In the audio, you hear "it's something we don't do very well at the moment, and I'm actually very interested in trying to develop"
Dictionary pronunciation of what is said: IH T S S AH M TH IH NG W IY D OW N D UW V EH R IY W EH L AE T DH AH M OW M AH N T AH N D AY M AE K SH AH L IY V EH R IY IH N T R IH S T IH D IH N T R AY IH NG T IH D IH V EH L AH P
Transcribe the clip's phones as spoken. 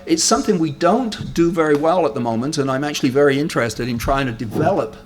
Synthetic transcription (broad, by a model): IH T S S AH M TH IH NG W IY D OW N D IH V EH R IY W EH L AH T DH AH M OW M AH N T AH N AY M AE K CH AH L IY V EH R IY IH N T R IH S T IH D IH N T R AY IH NG T IH D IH V EH L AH P